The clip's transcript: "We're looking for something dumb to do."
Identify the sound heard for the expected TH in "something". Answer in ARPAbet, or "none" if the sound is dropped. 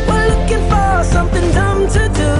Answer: TH